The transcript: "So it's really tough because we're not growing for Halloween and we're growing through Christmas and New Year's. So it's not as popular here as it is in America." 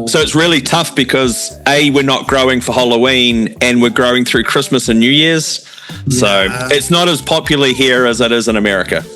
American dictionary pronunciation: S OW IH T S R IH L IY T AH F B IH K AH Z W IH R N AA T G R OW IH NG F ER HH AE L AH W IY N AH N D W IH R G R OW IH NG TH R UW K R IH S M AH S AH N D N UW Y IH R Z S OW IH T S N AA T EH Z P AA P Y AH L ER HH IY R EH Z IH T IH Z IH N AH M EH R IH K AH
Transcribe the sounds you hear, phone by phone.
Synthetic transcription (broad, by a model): S OW IH T S R IH L IY T AH F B IH K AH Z W IH R N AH T G R OW IH NG F ER HH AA L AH W IY N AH N W IH R G R OW IH NG TH R UW K R IH S M AH S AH N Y UW Y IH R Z S OW IH T S N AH T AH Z P AA P Y L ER HH IY R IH Z IH T IH Z IH N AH M EH R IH K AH